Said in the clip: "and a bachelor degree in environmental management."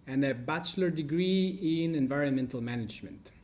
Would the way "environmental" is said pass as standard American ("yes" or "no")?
yes